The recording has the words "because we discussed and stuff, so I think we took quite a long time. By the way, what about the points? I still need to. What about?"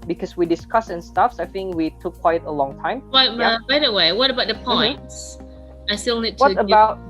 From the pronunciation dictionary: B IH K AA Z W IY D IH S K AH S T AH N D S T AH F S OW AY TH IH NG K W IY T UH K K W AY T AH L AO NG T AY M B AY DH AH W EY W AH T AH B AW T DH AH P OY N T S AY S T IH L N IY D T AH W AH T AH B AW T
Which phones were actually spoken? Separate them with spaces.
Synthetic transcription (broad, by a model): B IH K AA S W IY D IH S K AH S AH N S T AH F S AY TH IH NG K W IY T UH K K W AY T AH L AO NG T AY M B AY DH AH W EY W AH T AH B AW T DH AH P OY N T S AY S T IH L N IY D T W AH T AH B AW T